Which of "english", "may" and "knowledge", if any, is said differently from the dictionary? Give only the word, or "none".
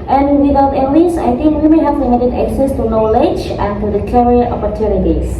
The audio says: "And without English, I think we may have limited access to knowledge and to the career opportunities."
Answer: english